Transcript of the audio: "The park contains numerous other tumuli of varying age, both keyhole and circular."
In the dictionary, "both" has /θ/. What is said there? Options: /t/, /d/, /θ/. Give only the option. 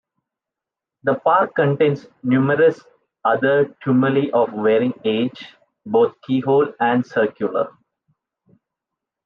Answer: /t/